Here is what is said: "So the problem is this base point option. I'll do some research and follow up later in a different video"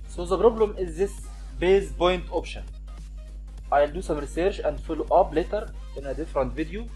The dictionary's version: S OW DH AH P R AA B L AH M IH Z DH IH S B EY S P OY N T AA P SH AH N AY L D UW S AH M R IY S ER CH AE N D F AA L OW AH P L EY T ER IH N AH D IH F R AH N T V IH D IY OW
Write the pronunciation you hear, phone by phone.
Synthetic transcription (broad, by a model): S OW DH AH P R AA B L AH M IH Z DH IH S B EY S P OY N T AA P SH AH N AY L D UW S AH M R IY S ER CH AE N D F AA L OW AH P L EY T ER IH N AH D IH F R AH N T V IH D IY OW